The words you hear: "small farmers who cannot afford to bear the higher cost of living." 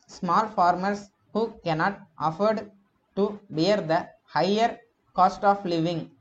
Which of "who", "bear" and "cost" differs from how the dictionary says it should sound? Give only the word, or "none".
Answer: none